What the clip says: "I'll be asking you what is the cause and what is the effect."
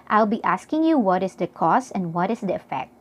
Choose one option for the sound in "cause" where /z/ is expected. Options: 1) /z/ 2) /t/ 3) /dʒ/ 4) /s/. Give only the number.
4